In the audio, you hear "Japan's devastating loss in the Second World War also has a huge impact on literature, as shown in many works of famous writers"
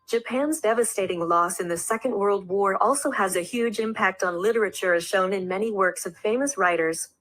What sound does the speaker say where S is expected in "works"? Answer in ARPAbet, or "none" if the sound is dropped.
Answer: S